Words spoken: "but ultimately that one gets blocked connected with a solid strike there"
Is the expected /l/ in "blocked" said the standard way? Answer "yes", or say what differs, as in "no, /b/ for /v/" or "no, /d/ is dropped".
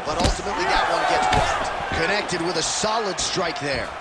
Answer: no, /l/ is dropped